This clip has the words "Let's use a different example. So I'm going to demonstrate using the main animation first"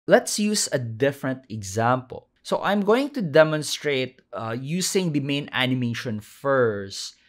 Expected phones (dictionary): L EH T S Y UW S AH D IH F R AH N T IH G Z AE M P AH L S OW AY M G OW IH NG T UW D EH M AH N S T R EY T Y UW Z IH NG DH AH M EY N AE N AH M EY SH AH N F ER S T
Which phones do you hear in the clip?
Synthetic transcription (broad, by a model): L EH T S Y UW S AH D IH F R AH N T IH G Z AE M P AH L S OW AY M G OW IH NG T UW D EH M AH N S T R EY T Y UW S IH NG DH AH M EY N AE N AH M EY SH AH N F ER S T